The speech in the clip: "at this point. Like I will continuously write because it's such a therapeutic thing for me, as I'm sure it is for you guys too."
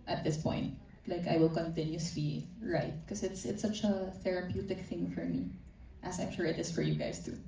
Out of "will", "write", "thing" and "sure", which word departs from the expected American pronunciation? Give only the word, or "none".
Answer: none